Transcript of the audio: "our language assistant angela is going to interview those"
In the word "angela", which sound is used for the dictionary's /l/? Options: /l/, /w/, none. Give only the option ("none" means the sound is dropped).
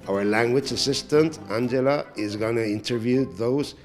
/l/